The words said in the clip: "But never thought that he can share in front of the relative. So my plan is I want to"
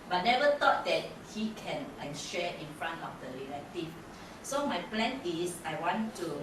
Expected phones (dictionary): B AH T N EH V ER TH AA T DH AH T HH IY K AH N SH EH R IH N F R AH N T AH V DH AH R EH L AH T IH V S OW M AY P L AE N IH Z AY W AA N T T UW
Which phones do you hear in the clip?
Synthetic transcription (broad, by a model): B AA T N EH V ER T AA T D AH T HH IY K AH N SH EH IH N F R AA N T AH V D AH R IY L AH T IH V S OW M AY P L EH N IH S AY W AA N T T UW